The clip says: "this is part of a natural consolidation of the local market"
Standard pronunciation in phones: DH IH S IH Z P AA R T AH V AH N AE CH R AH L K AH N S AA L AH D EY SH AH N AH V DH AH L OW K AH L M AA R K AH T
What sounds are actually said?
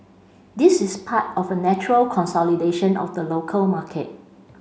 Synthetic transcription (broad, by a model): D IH S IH S P AA T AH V AH N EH CH R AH L K AH N S AA L AH D EY SH AH N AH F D AH L OW K AH L M AA K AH T